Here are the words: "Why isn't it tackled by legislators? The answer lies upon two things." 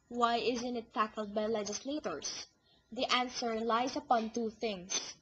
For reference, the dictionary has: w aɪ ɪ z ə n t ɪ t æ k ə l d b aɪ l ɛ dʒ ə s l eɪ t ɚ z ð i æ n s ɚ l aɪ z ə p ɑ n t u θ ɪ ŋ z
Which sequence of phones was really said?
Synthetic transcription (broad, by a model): w aɪ ɪ z ə n t ɪ t æ k ə l d b aɪ l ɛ dʒ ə s l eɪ t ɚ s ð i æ n s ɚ l aɪ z ə p ɑ n t u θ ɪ ŋ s